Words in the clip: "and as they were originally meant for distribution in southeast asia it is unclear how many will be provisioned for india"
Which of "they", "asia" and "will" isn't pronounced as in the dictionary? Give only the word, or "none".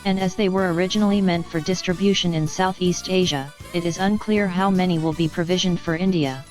none